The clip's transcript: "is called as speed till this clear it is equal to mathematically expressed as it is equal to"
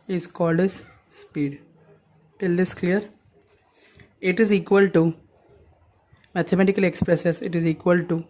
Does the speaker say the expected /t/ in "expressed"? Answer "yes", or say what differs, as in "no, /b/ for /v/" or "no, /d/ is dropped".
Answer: no, /t/ is dropped